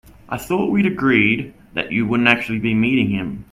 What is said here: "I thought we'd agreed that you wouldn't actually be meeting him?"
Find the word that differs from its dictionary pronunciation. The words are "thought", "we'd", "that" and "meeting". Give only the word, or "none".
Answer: none